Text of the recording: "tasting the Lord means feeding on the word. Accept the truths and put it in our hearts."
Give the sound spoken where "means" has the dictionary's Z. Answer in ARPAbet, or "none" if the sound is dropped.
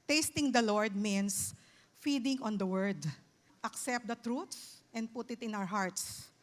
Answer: S